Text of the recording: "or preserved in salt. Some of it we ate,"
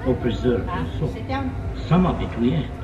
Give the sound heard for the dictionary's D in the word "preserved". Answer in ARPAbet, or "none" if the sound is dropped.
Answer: none